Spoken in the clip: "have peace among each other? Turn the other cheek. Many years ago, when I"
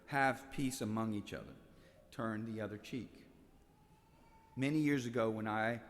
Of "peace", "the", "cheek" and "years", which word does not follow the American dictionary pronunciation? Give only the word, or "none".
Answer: none